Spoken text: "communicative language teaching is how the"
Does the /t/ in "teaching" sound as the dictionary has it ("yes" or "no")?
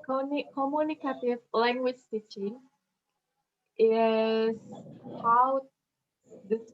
no